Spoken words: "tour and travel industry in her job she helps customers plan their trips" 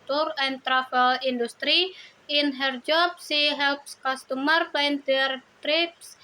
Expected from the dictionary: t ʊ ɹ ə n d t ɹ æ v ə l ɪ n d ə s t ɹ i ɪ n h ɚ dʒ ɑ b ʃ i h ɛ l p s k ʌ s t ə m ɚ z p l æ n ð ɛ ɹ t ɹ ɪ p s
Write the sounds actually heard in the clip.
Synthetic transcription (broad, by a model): t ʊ ɹ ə n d t ɹ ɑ f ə l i n d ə s t ɹ i ɪ n h ɚ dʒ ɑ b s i h ɛ l p s k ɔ s t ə m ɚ p ɑ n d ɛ ɹ t ɹ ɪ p s